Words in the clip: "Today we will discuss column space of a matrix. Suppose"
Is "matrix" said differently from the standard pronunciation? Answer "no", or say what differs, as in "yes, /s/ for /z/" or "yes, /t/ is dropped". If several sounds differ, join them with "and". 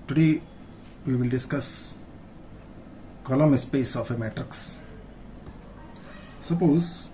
no